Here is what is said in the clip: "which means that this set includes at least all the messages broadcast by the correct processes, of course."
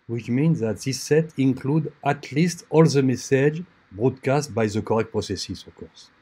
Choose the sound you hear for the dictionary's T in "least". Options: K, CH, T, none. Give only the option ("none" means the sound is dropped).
T